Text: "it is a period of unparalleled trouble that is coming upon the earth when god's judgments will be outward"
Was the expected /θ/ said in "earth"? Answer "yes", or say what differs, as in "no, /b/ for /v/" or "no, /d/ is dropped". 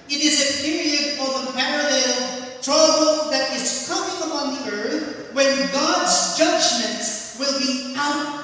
yes